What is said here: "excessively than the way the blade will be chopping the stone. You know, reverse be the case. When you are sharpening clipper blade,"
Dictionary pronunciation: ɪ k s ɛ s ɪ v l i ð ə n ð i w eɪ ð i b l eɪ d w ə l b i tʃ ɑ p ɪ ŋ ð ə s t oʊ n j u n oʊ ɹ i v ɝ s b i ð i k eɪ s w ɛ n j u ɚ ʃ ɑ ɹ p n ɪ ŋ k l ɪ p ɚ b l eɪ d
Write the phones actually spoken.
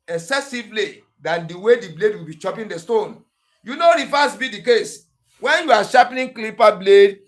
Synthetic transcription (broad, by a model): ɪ k s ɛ s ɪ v l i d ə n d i w eɪ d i b l eɪ d w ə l b i tʃ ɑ p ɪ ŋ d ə s t oʊ n j u n oʊ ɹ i f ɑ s b i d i k eɪ s w ɛ n j u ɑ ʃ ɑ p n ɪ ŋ k l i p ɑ b l eɪ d